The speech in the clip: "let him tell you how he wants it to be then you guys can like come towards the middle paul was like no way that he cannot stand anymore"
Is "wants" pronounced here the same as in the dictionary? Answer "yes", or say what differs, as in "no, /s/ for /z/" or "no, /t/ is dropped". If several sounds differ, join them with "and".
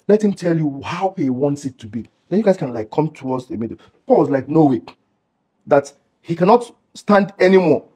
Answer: yes